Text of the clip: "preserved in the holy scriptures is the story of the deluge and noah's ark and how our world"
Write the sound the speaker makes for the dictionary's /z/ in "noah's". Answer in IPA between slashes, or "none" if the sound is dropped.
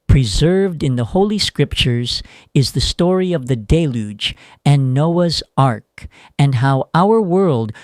/z/